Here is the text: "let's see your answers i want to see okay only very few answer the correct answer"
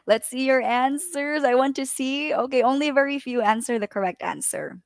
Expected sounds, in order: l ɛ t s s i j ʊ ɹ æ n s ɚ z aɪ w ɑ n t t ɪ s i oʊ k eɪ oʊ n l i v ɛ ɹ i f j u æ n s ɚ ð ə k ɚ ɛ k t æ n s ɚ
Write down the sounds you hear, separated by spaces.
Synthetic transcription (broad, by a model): l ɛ t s s i j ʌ ɹ æ n s ɚ z aɪ w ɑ n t t ɪ s i oʊ k eɪ oʊ n l i v ɛ ɹ i f j u æ n s ɚ ð ə k ɚ ɛ k t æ n s ɚ